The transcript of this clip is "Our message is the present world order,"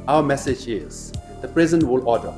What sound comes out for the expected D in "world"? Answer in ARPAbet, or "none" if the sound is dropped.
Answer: none